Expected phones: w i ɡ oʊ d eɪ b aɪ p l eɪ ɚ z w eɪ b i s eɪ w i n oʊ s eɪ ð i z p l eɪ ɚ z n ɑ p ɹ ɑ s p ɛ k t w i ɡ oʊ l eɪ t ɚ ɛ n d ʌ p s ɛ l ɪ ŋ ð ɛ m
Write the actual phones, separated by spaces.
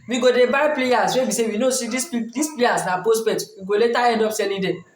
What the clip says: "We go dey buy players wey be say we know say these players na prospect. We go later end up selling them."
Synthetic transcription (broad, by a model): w i ɡ oʊ d eɪ b aɪ p l eɪ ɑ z w eɪ b i s eɪ w i n oʊ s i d i s p l eɪ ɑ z n ɑ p ɑ s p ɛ t w i ɡ oʊ l eɪ t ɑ ɛ n d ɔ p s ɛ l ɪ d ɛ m